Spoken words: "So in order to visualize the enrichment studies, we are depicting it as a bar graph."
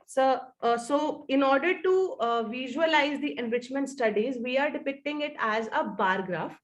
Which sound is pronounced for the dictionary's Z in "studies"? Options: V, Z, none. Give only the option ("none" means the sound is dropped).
Z